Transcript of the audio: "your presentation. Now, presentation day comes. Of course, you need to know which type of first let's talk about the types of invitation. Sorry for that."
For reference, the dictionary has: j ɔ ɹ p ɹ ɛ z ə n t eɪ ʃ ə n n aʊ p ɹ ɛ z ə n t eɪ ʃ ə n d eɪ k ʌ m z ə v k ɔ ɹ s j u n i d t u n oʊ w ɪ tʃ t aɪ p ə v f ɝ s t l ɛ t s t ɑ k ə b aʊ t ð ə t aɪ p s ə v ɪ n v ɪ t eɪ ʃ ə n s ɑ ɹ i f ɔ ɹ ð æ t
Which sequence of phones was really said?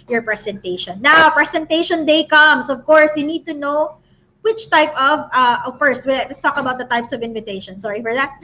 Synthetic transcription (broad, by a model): j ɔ ɹ p ɹ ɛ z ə n t eɪ ʃ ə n n aʊ p ɹ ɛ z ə n t eɪ ʃ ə n d eɪ k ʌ m s ə v k ɔ ɹ s j u n i d t u n oʊ w ɪ tʃ t aɪ p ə v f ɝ s t w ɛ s t ɑ k ə b aʊ t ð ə t aɪ p s ə v ɪ n v ɪ t eɪ ʃ ə n s ɑ ɹ i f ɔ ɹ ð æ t